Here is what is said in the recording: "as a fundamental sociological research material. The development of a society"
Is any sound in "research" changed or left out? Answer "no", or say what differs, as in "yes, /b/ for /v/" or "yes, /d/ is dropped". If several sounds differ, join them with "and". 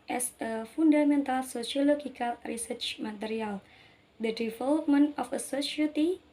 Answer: no